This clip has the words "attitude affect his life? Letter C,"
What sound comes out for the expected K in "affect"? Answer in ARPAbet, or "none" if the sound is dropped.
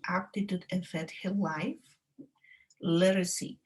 none